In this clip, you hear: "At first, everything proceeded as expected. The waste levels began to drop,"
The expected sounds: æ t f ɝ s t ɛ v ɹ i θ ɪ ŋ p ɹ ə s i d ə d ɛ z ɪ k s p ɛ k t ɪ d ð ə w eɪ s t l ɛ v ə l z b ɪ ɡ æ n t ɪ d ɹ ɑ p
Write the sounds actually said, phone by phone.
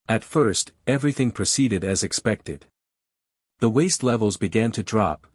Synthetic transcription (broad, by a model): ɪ t f ɝ s t ɛ v ɹ i θ ɪ ŋ p ɹ ə s i d ə d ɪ z ɪ k s p ɛ k t ɪ d ð ə w eɪ s t l ɛ v l z b ɪ ɡ æ n t ɪ d ɹ ɑ p